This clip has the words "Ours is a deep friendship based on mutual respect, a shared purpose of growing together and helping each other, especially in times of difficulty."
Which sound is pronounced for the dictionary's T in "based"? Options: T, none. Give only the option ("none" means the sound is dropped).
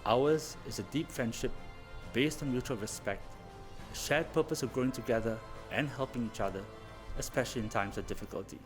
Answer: T